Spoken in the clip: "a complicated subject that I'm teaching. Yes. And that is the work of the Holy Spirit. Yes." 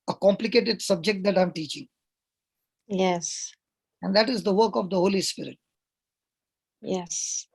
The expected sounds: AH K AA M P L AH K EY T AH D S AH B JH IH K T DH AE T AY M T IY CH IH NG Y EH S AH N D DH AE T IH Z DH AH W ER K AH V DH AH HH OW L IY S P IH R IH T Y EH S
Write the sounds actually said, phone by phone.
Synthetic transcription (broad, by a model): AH K AA M P L AH K EY T AH D S AH B JH IH K T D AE T AY M T IY CH IH NG Y EH S AH N D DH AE T IH Z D AH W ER K AH V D AH HH OW L IY S P IH R IH T Y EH S